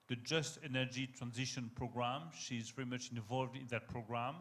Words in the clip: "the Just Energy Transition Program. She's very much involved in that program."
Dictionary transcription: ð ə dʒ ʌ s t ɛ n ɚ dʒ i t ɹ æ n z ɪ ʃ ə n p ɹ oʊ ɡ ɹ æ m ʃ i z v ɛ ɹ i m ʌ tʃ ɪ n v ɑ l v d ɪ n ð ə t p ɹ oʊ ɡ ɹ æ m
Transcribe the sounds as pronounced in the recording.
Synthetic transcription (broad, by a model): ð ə dʒ ʌ s t ɛ n ɚ dʒ i t ɹ æ n z ɪ ʃ ə n p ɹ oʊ ɡ ɹ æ m ʃ i z v ɛ ɹ i m ʌ tʃ ɪ n v ɑ l v d ɪ n ð ə t p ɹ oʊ ɡ ɹ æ m